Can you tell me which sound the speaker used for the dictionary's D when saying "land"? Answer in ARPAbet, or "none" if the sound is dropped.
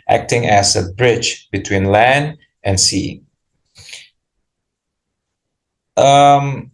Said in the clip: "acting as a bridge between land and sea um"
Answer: D